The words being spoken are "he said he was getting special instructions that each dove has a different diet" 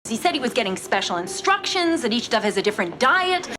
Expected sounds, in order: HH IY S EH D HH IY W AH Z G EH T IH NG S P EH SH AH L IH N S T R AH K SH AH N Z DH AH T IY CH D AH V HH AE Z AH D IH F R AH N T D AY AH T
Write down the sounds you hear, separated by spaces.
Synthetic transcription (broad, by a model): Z IY S EH D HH IY W AH Z G EH T IH NG S P EH SH L IH N S T R AH K SH AH N Z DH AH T IY CH D AH V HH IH Z AH D IH F R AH N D AY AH T